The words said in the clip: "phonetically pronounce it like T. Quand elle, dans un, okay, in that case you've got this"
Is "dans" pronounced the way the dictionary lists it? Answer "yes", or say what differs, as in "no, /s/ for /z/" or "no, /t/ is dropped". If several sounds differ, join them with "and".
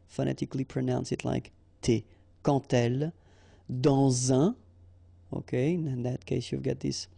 no, /n/ is dropped